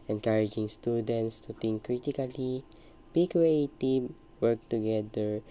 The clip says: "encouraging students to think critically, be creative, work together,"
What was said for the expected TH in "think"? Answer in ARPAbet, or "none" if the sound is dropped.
T